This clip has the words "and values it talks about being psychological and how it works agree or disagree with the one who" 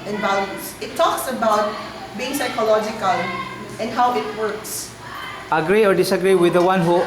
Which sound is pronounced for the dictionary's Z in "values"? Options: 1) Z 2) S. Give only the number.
2